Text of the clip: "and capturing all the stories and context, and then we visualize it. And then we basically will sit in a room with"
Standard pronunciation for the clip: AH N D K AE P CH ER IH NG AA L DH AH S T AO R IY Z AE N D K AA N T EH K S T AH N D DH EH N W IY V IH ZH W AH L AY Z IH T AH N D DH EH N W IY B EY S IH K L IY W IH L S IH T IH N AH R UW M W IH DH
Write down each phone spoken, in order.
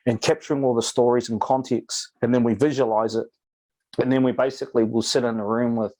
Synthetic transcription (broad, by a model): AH N K AE P CH ER IH NG AA L DH AH S T AO R IY Z N K AA N T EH K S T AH N DH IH N W IY V IH ZH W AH L AY Z IH T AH N DH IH N W IY B EY S IH K L IY W IH L S IH T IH N AH R UW M W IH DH